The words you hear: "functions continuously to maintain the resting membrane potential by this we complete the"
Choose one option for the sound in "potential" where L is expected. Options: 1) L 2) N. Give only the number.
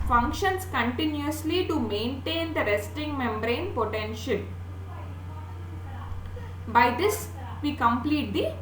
1